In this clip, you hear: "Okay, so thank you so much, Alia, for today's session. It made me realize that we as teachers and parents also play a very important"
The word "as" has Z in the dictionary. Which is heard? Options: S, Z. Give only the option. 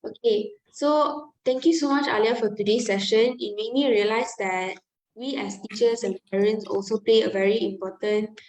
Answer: S